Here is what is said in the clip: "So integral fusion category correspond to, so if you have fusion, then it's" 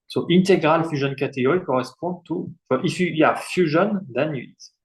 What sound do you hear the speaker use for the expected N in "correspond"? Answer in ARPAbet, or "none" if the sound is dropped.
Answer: none